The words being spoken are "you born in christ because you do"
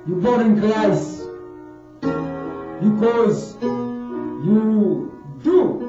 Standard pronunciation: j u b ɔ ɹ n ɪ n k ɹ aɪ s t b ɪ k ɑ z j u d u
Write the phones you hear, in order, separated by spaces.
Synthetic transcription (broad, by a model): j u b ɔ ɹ ɪ n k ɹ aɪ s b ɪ k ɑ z j u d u